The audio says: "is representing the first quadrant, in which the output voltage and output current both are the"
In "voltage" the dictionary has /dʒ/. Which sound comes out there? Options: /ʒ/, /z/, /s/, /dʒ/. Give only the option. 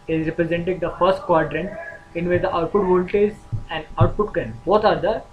/z/